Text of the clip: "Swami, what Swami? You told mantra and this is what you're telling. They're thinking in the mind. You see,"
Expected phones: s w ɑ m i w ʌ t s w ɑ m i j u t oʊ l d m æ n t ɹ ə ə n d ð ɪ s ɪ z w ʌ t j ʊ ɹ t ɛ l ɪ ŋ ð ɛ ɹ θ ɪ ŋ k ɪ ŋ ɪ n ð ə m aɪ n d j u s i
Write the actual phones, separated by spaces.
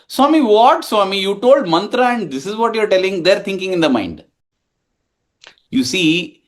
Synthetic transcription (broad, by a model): s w ɑ m i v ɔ t s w ɑ m i j u t oʊ l d m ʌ n t ɹ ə ə n d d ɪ s ɪ z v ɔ t j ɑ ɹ t ɛ l ɪ ŋ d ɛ ɹ t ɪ ŋ k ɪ ŋ ɪ n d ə m aɪ n d j u s i